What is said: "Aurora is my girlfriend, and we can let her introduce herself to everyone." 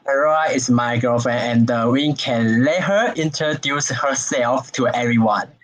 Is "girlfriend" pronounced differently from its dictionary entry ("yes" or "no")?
yes